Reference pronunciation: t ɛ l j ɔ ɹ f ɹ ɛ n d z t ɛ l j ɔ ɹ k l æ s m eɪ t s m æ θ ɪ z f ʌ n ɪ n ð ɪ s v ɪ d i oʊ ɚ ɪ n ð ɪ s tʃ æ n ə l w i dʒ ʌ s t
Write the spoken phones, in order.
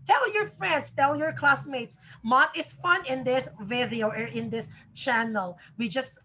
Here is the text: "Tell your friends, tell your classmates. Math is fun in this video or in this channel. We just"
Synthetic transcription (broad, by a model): t ɛ l j ɔ ɹ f ɹ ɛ n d s t ɛ l j ɔ ɹ k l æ s m eɪ t s m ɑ t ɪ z f ʌ n ɪ n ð ɪ s v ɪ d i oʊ ɚ ɪ n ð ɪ s tʃ æ n ə l w i dʒ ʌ s t